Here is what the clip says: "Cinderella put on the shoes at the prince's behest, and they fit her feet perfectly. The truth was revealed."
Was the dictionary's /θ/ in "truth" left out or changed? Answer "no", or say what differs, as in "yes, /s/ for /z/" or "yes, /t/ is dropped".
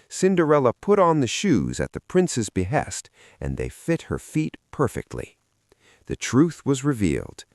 no